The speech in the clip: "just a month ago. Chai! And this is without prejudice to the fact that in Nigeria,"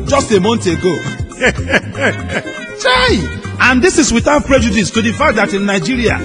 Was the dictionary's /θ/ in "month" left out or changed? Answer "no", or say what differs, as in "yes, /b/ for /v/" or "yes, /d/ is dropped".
yes, /t/ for /θ/